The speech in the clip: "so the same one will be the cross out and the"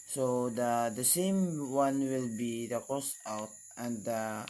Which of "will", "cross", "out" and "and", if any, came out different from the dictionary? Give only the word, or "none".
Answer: cross